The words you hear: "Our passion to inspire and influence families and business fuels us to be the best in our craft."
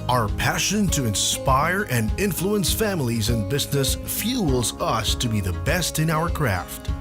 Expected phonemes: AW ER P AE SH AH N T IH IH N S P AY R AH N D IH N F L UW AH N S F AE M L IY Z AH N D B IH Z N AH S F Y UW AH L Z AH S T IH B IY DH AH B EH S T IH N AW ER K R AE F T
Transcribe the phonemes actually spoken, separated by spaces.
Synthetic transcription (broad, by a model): AW ER P AE SH AH N T IH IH N S P AY R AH N IH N F L UW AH N S F AE M L IY Z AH N B IH Z N AH S F Y UW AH L Z AH S T IH B IY DH AH B EH S T IH N AW ER K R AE F T